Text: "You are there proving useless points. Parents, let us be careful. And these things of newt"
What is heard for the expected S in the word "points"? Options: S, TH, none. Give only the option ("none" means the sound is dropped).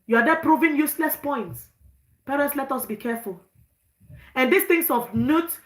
S